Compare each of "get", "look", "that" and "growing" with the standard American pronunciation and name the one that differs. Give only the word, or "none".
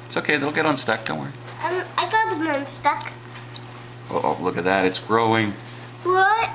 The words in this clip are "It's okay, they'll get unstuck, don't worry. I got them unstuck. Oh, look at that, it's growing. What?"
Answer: none